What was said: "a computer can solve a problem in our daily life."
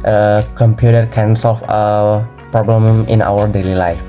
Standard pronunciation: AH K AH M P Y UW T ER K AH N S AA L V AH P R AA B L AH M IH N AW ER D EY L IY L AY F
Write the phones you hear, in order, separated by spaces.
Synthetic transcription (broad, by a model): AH K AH M P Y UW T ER K AH N S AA L F AH P R AA B L AH M IH N AW ER D EY L IY L AY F